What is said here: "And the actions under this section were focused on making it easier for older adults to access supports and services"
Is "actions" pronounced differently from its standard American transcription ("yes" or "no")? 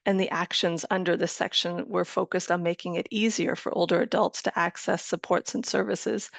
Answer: no